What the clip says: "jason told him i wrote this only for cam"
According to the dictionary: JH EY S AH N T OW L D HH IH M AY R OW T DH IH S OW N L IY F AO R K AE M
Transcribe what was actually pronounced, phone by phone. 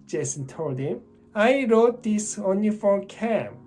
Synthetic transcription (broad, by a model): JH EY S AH N T OW L D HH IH M AY R OW T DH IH S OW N IY F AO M K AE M